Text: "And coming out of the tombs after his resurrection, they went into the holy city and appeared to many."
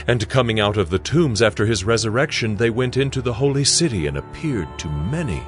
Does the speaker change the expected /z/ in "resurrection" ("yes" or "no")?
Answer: no